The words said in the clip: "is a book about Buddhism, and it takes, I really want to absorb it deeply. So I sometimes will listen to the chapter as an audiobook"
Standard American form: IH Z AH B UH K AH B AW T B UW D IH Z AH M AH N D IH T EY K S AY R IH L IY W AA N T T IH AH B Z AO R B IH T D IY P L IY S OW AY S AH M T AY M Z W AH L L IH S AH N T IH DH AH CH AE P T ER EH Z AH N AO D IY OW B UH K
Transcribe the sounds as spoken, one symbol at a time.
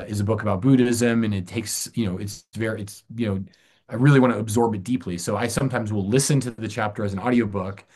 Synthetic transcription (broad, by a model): IH Z AH B UH K AH B AW T B UW D IH Z AH M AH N IH T EY K S AY R IH L IY W AA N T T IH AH B Z AO R B IH T D IY P L IY S OW AY S AH M T AY M Z W AH L L IH S AH N T IH DH AH CH AE P T ER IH Z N AO D IY OW B UH K